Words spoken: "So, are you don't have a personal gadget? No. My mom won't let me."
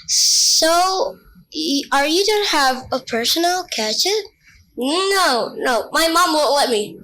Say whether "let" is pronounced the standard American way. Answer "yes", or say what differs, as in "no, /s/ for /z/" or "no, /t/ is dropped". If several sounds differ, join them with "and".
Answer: yes